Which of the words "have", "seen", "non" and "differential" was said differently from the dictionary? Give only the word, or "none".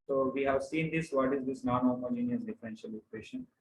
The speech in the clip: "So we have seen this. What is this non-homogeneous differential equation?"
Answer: none